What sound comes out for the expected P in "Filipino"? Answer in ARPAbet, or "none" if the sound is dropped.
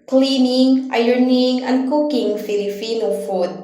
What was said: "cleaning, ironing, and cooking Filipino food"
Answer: F